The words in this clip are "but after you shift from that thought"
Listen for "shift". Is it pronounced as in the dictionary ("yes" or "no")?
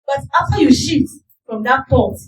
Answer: no